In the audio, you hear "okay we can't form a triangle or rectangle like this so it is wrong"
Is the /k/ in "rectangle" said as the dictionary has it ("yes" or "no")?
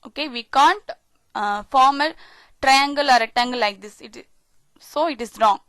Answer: no